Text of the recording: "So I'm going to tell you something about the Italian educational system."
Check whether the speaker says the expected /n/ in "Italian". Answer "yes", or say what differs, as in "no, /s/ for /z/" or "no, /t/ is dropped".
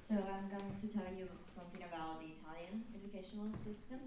yes